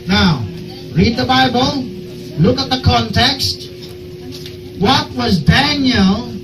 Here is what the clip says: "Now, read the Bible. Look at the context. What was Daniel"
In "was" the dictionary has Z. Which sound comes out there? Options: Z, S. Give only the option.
Z